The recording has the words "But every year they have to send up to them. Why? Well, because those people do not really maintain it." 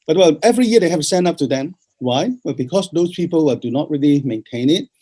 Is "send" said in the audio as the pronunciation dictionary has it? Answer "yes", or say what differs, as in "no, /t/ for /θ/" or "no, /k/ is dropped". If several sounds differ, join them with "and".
no, /d/ is dropped